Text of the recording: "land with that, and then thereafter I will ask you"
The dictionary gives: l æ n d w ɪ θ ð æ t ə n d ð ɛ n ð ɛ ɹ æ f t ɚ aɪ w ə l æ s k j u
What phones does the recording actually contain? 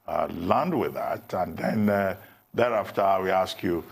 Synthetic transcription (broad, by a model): l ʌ n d w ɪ ð æ t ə n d ð ɛ n ð ɛ ɹ æ f t ɚ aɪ w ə æ s k j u